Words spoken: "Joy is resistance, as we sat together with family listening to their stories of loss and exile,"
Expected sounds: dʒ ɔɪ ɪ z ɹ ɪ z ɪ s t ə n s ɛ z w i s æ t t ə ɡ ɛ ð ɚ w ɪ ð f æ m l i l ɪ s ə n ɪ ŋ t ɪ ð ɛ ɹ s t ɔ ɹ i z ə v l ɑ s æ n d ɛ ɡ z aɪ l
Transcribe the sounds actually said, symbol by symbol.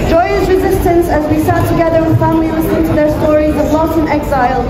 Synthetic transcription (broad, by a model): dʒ ɔɪ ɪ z ɹ ɪ z ɪ s t ə n s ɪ z w i s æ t t ə ɡ ɛ ð ɚ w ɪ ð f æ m l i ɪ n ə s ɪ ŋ t ɪ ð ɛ ɹ s t ɔ ɹ i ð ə b l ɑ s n ɛ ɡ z aɪ l